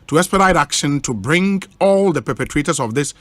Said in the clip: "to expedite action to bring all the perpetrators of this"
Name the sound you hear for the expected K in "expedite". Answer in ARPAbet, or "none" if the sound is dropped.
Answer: none